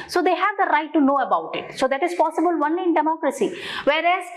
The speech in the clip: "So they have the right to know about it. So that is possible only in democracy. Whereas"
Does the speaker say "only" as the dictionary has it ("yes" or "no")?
no